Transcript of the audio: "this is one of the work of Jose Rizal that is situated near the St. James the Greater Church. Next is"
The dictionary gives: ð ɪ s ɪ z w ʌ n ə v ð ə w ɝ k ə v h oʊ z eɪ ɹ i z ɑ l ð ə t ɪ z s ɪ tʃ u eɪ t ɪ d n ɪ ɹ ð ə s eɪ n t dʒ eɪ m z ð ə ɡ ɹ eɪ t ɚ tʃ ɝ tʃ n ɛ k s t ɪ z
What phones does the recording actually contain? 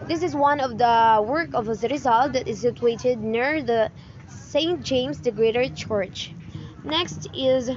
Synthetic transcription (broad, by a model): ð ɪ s ɪ z w ʌ n ə v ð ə w ɝ k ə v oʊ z ɹ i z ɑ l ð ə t ɪ z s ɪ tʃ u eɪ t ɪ d n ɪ ɹ ð ə s eɪ n t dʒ eɪ m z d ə ɡ ɹ eɪ t ɚ tʃ ɝ tʃ n ɛ k s t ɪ z